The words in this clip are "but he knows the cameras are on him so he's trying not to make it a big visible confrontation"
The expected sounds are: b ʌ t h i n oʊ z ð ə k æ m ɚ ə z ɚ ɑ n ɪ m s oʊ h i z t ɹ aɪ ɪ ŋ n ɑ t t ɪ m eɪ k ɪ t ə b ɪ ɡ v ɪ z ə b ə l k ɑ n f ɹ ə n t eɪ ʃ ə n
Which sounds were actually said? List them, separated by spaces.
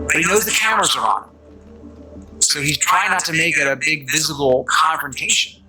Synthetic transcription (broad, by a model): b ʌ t h i n oʊ z ð ə k æ m ɚ ə z ɚ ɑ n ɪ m s oʊ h i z t ɹ aɪ ɪ ŋ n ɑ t t ɪ m eɪ k ɪ t ə b ɪ ɡ v ɪ z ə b l k ɑ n f ɹ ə n t eɪ ʃ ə n